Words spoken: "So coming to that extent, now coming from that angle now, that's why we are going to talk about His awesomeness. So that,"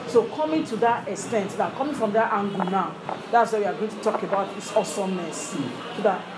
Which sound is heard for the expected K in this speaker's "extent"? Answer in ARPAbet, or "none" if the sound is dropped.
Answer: K